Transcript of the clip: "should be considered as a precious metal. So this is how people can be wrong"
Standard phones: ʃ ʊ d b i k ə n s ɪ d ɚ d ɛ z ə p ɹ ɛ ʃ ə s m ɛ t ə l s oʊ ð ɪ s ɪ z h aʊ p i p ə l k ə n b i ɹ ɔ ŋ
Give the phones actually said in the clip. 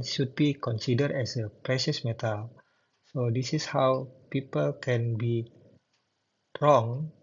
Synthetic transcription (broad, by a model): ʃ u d b i k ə n s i d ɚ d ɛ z ə p ɹ ɛ ʃ ə s m ɛ t ə l s oʊ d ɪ s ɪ s h aʊ p i p ə l k ə n b i ɹ ɔ ŋ